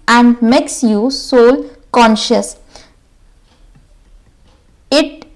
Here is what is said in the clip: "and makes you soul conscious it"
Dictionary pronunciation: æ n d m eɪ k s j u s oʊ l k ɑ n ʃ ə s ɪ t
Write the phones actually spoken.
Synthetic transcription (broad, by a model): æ n d m eɪ k s j u s oʊ l k ɑ n ʃ ə s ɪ t